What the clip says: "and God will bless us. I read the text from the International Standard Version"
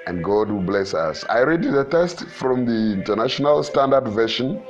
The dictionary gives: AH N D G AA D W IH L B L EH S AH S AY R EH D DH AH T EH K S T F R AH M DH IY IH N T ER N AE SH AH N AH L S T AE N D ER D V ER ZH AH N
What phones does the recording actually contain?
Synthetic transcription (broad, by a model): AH N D G AA D W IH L B L EH S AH S AY R EH D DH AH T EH S T F R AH M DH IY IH N T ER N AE SH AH N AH L S T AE N D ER D V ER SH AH N